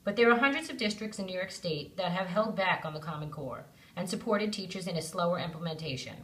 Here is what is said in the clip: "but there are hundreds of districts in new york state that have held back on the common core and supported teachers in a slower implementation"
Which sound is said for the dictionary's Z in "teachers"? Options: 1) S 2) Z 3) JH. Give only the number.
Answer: 2